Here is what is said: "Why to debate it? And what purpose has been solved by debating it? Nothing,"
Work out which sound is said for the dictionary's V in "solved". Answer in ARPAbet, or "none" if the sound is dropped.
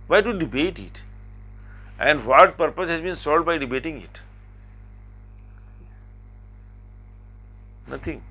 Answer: none